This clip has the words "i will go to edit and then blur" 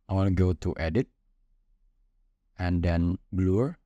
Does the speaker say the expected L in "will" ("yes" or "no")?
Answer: no